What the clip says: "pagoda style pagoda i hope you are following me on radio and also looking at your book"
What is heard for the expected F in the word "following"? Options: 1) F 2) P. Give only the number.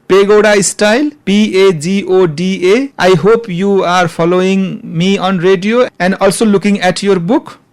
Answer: 2